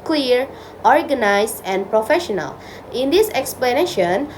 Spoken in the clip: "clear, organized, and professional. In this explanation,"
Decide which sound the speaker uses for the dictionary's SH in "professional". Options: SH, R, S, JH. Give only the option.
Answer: SH